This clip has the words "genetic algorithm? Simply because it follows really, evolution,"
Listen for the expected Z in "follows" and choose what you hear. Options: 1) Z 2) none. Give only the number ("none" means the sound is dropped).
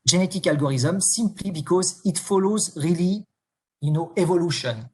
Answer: 1